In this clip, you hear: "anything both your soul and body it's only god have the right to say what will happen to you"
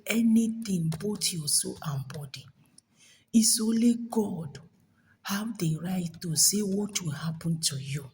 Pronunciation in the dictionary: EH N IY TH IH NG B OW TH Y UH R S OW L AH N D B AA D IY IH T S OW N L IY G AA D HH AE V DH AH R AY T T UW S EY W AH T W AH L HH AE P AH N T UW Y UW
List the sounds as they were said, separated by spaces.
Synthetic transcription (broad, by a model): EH N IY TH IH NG B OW T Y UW S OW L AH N B AA D IY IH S OW N L IY G AA D HH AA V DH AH R AY T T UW S EY W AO T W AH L HH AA P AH N T UW Y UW